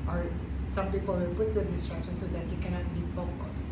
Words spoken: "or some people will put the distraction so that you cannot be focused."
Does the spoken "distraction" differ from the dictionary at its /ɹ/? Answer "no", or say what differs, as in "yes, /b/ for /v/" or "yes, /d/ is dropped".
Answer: no